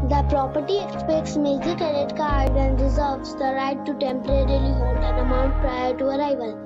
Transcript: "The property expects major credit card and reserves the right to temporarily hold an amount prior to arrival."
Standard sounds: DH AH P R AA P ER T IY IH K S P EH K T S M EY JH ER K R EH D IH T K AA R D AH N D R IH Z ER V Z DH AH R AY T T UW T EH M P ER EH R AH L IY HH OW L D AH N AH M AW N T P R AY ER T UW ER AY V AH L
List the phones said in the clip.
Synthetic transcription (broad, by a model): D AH P R AA P ER T IY IH K S P EH K T S M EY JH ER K EH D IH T K AA R D AH N D R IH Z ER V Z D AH R AY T T UW T EH M P ER EH R AH L IY HH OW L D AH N AH M AW N T P R AY ER T UW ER AY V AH L